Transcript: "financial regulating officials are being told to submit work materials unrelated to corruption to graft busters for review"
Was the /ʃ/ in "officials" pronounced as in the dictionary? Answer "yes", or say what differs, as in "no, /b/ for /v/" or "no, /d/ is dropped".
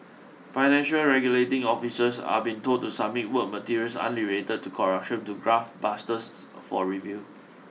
no, /s/ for /ʃ/